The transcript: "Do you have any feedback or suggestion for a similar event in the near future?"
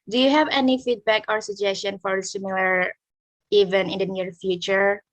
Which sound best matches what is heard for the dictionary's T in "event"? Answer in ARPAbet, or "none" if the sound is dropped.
none